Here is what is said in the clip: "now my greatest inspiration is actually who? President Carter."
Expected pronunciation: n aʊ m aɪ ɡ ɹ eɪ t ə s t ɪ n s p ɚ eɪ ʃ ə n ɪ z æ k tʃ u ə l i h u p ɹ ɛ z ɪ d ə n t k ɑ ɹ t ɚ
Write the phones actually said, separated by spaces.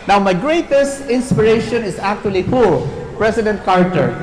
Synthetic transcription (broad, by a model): n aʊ m aɪ ɡ ɹ eɪ t ə s t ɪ n s p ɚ eɪ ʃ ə n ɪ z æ k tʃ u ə l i h u p ɹ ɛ s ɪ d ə n t k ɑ ɹ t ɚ